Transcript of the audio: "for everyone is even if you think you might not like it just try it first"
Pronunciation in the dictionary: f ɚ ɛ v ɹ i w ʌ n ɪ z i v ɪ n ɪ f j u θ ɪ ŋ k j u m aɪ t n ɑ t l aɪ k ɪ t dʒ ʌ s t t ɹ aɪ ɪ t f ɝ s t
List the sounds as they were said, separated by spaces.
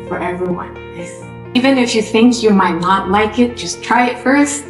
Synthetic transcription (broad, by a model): f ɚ ɛ v ɹ i w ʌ n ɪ i v ɪ n ɪ f j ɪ θ ɪ ŋ k j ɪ m aɪ t n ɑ t l aɪ k ɪ t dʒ ʌ s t t ɹ aɪ ɪ t f ɝ s t